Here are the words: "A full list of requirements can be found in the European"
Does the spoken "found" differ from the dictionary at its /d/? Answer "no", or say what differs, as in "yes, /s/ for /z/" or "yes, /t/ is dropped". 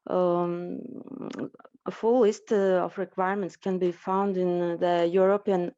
no